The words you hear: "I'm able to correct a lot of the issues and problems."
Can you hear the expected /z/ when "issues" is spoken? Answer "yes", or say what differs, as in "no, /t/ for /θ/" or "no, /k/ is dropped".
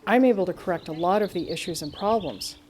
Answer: yes